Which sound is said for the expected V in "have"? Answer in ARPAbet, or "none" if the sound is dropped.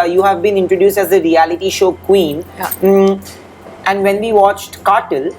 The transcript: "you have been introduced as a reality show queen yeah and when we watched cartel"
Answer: V